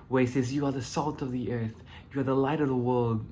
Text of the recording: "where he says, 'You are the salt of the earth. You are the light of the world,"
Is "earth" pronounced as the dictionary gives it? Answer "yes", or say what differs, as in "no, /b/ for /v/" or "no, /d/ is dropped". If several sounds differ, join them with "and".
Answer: yes